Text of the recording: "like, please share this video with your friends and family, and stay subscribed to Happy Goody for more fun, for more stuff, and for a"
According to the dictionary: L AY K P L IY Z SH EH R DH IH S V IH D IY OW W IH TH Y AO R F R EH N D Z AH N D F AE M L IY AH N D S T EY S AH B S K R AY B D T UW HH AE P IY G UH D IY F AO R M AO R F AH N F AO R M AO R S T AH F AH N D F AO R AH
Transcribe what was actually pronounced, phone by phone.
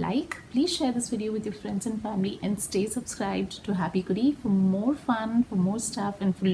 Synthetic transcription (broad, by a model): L AY K P L IY Z SH EH R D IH S V IH D IY OW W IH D Y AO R F R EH N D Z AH N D F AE M L IY AH N D S T EY S AH B S K R AY B D T UW HH AE P IY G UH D IY F AO R M AO R F AH N F AO R M AO R S T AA F AH N D F AO R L